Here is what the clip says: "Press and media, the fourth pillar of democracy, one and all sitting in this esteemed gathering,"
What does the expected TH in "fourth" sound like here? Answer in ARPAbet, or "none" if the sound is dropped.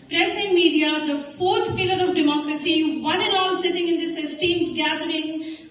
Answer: T